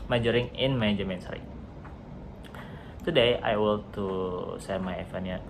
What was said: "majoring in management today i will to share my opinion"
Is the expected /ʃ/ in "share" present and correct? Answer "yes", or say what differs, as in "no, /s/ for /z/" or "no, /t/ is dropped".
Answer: no, /s/ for /ʃ/